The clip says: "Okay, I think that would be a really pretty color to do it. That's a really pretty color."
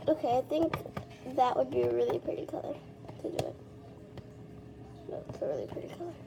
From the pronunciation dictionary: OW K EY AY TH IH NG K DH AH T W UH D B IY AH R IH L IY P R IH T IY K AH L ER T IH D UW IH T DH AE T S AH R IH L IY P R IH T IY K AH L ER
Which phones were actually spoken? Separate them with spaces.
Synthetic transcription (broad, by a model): OW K EY AY TH IH NG K DH AH T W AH D B IY R IH L IY P R IH T IY K AH L ER T IH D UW IH T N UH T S AH R IH L IY P R IH T IY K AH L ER